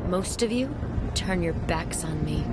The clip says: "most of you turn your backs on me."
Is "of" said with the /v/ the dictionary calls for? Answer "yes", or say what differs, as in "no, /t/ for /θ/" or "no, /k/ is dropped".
yes